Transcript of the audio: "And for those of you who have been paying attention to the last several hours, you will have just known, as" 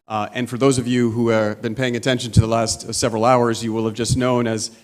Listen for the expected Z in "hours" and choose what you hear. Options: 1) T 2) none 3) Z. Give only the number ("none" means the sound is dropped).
3